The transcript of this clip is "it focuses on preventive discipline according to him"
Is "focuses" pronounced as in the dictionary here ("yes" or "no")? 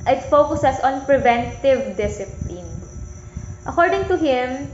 no